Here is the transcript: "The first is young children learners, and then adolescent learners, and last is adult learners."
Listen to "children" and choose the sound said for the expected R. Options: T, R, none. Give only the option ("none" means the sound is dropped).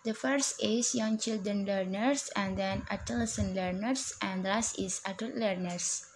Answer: R